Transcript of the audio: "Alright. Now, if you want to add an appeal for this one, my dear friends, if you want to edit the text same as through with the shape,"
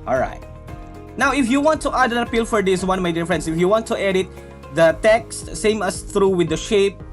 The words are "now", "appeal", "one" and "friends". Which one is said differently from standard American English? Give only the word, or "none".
friends